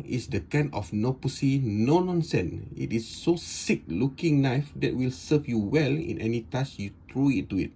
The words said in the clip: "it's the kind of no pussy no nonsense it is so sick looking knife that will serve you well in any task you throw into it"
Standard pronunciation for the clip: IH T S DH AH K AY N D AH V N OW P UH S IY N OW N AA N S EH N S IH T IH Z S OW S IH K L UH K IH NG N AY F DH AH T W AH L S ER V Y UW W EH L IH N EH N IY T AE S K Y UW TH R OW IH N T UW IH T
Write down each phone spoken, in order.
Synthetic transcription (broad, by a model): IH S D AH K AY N AH F N OW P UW S IY N OW N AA N S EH N IH T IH S OW S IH K L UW K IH NG N AY F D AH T W AH L S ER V Y UW W EH L IH N EH N IY T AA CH Y UW T R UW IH T UW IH T